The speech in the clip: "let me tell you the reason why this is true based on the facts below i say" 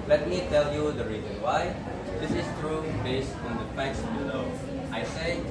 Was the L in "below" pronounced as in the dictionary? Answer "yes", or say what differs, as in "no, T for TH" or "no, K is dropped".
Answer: no, N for L